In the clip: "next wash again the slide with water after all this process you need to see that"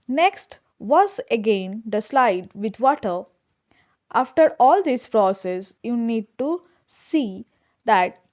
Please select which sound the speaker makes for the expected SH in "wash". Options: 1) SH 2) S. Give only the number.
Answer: 2